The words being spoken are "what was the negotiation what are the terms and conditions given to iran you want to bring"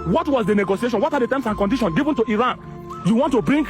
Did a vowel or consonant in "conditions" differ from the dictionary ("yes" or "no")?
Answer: yes